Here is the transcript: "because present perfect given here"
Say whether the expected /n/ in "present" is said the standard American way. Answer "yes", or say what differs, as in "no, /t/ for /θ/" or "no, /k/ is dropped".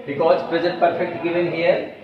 no, /n/ is dropped